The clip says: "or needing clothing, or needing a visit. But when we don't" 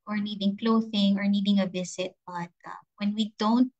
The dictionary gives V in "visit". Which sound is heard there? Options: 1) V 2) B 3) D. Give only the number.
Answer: 2